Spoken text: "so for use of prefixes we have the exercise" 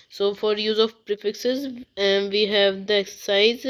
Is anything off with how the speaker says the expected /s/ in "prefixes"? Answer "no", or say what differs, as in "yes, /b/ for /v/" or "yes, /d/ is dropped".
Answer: no